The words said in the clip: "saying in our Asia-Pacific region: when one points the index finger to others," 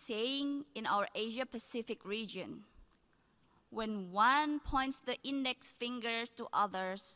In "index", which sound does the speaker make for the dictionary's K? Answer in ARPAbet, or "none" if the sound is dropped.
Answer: K